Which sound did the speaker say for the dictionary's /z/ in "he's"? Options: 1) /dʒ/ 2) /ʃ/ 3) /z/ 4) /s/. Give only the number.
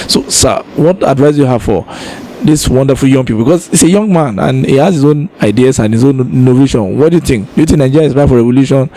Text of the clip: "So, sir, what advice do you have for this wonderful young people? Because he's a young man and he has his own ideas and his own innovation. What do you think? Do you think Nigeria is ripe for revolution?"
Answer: 4